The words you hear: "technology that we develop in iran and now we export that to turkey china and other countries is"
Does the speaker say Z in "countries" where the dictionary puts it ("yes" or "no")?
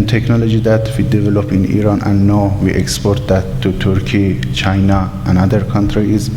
no